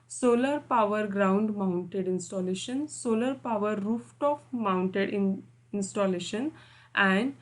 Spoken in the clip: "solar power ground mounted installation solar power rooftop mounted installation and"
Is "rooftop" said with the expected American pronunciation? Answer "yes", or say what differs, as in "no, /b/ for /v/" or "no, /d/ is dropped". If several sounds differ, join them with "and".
no, /f/ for /p/